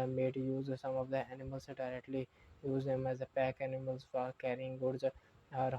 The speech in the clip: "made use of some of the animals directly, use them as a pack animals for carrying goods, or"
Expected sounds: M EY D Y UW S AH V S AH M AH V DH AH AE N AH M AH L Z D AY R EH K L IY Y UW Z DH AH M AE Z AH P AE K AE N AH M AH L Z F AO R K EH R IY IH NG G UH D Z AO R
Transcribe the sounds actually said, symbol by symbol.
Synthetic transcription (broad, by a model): M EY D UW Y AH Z S AH M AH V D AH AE N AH M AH L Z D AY R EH K L IY Y UW Z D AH M AE Z AH P AE K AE N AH M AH L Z F AO R K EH R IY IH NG G UH D Z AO R